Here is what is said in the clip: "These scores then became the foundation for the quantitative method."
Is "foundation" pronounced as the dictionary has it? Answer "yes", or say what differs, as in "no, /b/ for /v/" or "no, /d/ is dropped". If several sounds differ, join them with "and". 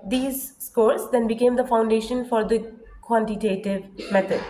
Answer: yes